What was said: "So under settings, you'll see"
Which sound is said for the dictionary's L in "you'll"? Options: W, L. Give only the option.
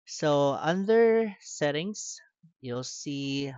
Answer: L